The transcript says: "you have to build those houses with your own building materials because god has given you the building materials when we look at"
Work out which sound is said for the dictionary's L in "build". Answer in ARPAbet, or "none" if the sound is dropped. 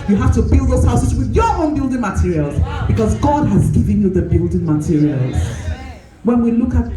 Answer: L